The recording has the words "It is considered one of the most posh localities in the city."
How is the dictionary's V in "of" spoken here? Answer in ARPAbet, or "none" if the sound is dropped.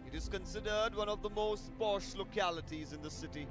V